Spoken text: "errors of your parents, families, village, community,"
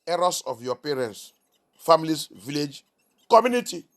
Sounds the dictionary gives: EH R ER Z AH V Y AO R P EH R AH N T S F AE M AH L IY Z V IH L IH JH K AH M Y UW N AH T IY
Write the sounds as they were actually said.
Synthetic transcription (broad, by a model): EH R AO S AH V Y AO P EH R AH N T S F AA M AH L IY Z V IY L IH JH K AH M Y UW N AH T IY